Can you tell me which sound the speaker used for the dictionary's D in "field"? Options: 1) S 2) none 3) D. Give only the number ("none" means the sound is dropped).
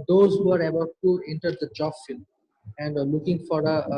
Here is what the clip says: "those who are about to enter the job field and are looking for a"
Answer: 2